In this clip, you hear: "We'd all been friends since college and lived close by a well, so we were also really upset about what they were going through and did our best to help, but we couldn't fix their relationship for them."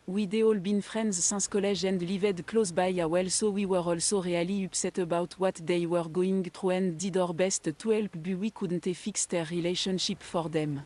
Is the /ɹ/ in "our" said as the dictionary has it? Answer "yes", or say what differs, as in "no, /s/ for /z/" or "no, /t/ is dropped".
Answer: yes